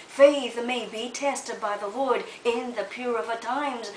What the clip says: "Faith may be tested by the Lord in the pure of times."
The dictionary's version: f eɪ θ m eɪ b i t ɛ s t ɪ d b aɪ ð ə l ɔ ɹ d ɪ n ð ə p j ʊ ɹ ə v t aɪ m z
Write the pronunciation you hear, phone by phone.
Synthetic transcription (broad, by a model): f eɪ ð m eɪ b i t ɛ s t ɪ d b aɪ ð ə w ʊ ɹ d ɪ n ð ə p j ʊ ɹ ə v t aɪ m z